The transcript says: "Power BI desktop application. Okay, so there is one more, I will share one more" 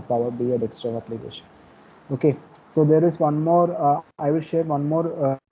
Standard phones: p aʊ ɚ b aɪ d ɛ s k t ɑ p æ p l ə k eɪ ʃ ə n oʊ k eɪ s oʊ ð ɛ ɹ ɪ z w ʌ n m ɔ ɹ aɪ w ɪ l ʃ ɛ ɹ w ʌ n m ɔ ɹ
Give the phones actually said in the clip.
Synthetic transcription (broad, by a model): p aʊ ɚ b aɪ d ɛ s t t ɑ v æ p l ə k eɪ ʃ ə n oʊ k eɪ s oʊ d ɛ ɹ ɪ z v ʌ n m ɔ ɹ aɪ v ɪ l ʃ ɛ ɹ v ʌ n m ɔ ɹ